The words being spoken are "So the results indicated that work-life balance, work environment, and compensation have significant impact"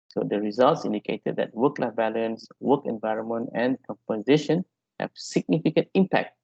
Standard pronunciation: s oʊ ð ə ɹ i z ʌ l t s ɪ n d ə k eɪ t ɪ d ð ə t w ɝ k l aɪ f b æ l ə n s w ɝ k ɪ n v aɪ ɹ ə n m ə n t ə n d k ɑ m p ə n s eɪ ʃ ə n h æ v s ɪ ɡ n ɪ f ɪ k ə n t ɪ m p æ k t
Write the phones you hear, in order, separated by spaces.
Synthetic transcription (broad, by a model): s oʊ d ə ɹ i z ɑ l t s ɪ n d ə k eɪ t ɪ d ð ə t w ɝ k l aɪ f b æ l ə n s w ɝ k ɪ n v aɪ ɹ ə n m ə n t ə n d k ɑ m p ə n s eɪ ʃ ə n h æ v s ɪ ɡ n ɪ f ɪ k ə n t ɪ m p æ k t